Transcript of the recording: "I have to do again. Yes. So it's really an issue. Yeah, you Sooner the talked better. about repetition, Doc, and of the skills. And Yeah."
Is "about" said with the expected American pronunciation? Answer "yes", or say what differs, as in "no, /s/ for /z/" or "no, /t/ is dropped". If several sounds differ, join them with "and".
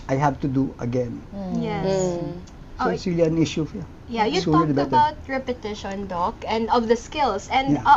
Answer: no, /b/ is dropped